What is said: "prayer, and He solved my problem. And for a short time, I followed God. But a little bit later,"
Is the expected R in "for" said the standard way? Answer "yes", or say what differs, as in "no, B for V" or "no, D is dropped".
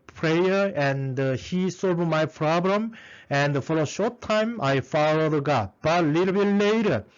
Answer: no, L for R